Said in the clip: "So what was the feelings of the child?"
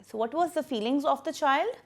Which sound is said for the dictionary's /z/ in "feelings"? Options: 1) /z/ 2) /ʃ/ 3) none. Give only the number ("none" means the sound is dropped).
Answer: 1